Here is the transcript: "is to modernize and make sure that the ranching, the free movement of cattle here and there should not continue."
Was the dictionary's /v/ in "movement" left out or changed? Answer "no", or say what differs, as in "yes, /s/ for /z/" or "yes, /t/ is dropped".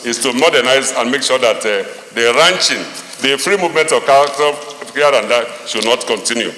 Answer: no